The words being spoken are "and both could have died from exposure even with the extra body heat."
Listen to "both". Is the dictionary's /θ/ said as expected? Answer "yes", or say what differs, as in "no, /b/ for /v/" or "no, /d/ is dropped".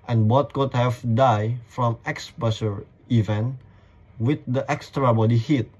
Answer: no, /t/ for /θ/